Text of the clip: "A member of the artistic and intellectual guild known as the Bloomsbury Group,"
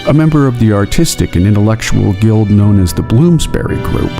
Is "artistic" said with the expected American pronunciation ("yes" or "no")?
yes